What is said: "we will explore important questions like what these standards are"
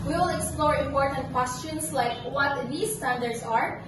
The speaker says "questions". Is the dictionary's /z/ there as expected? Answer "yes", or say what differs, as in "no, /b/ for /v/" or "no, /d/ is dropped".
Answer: no, /s/ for /z/